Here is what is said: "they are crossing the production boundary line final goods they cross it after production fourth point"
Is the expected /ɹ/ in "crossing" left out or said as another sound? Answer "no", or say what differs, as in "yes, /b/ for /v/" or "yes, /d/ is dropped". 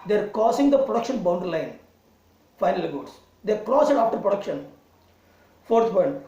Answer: yes, /ɹ/ is dropped